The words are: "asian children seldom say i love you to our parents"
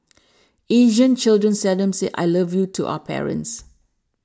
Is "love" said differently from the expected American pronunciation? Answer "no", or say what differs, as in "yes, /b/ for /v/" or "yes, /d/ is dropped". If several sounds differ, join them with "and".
no